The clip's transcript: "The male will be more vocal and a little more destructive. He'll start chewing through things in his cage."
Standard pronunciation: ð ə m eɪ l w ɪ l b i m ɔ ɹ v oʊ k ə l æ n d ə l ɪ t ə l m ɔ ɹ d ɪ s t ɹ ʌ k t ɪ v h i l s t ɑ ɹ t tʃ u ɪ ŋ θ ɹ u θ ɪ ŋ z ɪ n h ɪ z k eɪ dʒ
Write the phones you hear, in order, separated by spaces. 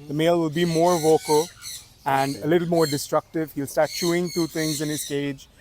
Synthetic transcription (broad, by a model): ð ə m eɪ l w ɪ l b i m ɔ ɹ v oʊ k ə l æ n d ə l ɪ t l m ɔ ɹ d ɪ s t ɹ ʌ k t ɪ v h i l s t ɑ ɹ t tʃ u ɪ ŋ t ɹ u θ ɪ ŋ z ɪ n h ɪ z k eɪ dʒ